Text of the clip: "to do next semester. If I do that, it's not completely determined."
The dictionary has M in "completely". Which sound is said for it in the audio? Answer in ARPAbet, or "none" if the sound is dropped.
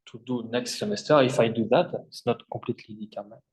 none